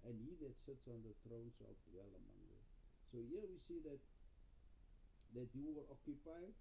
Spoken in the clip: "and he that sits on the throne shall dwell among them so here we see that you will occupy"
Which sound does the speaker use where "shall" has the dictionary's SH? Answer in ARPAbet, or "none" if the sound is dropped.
S